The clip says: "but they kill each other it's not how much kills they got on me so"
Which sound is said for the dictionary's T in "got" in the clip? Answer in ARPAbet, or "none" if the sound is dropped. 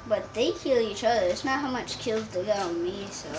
none